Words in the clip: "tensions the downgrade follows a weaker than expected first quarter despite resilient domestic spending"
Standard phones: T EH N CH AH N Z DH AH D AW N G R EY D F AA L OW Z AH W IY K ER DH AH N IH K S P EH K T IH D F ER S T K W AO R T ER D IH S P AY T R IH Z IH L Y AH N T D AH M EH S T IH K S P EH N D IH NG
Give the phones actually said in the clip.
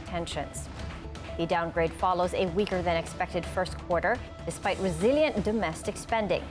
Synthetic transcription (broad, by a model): T EH N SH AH N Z DH AH D AW N G R EY D F AA L OW Z AH W IY K ER DH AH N IH K S P EH K T IH D F ER S T K W AO R T ER D IH S P AY T R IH Z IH L Y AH N D AH M EH S T IH K S P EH N D IH NG